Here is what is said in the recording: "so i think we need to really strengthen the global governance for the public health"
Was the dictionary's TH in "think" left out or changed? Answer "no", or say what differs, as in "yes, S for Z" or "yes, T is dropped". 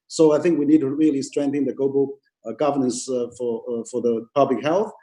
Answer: no